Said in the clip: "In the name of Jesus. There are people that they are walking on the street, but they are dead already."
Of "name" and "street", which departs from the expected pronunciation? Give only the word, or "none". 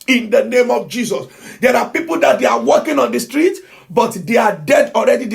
none